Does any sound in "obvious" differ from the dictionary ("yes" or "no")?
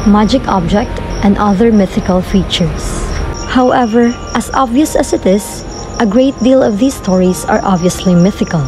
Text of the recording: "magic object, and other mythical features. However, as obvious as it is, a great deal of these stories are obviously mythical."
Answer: no